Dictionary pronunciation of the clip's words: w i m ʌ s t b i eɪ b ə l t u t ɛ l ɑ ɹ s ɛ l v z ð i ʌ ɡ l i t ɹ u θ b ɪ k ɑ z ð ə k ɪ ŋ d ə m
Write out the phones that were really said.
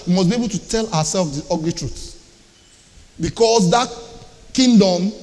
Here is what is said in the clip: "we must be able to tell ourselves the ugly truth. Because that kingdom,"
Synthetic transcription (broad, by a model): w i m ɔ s b i eɪ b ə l t u t ɛ l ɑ w s ɛ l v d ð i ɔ ɡ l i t ɹ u t b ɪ k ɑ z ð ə k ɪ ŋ d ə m